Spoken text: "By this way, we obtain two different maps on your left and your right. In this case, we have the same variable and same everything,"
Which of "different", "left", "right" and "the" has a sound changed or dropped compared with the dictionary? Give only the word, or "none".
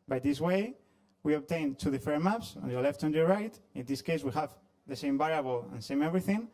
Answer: different